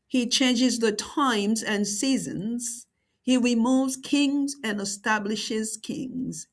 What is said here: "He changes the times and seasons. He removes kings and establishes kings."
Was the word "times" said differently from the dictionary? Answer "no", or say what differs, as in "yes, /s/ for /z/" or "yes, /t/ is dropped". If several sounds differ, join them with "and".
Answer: no